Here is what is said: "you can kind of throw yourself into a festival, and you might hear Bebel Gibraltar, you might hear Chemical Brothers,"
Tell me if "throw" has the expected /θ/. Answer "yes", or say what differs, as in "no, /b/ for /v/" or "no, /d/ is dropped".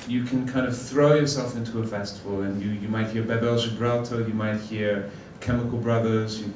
yes